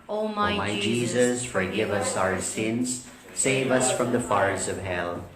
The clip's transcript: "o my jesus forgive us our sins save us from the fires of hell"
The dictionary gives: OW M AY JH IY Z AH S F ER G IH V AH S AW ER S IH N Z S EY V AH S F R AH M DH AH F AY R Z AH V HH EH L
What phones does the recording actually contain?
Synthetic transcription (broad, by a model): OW M AY JH IY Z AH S F ER G IH V AH S AW ER S IH N Z S EY V AH S F R AH M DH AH F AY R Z AH V HH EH L